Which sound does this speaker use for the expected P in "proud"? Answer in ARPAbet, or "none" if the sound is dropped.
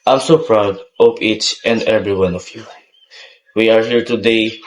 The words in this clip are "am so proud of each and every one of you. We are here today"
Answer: P